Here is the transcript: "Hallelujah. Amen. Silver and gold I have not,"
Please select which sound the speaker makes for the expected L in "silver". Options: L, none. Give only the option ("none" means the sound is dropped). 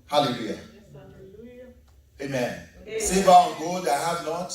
none